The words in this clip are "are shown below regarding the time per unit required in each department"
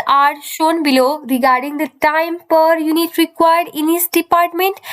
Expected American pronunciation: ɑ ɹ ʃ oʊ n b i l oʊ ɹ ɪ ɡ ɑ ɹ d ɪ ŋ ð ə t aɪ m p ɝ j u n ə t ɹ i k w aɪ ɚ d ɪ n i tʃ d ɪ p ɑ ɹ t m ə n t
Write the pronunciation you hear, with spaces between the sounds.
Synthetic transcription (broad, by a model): ɑ ɹ ʃ oʊ n b i l oʊ ɹ ɪ ɡ ɑ ɹ d ɪ ŋ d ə t aɪ m p ɝ j u n ə t ɹ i k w aɪ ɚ d ɪ n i s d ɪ p ɑ ɹ t m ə n t